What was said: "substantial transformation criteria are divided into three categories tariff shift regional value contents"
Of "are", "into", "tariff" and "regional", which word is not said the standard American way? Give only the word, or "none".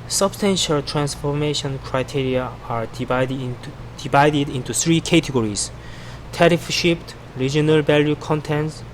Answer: none